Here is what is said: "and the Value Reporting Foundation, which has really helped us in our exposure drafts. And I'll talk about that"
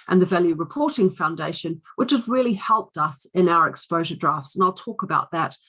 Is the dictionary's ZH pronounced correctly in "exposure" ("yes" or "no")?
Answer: yes